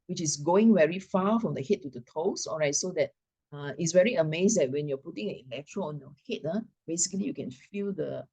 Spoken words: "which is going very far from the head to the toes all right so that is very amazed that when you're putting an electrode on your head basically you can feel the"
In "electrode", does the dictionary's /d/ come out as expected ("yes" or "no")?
no